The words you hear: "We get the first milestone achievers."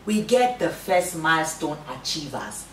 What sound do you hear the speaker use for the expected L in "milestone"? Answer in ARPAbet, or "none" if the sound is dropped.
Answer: L